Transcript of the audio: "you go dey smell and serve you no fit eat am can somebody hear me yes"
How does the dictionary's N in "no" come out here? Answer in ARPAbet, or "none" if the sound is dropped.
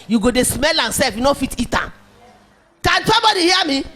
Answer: N